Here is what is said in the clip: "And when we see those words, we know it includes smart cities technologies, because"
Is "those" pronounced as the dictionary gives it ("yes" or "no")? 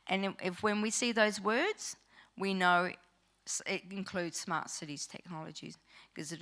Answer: yes